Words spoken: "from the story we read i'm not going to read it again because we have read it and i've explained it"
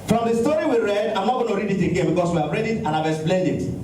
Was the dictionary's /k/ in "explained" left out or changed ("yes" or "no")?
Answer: yes